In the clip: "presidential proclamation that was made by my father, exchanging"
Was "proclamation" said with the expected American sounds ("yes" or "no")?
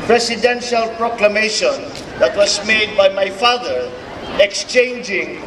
yes